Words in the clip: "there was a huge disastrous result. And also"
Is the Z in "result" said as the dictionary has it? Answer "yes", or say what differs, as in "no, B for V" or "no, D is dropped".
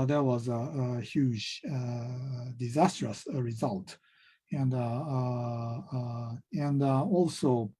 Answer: yes